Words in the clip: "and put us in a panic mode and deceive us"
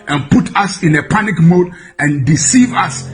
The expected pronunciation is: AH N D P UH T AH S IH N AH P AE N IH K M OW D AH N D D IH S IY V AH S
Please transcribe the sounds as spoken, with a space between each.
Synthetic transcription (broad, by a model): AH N P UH T AH S IH N AH P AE N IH K M OW D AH N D D IH S IY V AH S